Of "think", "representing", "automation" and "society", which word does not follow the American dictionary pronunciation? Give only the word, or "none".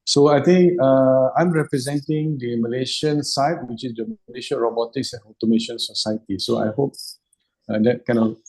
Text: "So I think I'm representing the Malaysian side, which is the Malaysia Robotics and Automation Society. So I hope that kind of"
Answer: think